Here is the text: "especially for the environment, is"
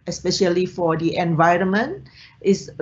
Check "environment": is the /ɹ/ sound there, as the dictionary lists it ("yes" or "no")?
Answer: yes